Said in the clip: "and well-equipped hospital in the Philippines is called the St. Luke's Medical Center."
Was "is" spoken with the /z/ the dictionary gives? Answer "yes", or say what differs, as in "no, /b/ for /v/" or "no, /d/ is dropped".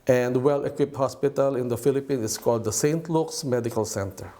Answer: no, /s/ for /z/